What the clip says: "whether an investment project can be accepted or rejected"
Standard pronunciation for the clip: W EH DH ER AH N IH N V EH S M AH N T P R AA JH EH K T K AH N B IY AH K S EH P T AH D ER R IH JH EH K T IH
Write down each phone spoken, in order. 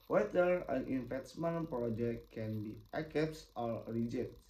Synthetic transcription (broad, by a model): W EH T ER AH N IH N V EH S M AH N P R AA JH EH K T K AH N B IY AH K EH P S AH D R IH JH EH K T